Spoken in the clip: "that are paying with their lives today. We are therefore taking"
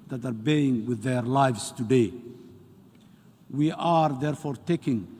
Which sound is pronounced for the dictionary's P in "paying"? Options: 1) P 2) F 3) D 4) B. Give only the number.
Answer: 4